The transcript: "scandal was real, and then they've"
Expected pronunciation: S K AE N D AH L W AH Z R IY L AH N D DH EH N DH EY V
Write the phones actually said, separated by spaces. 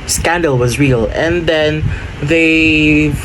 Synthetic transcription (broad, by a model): S K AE N D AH L W AH Z R IY L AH N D DH EH N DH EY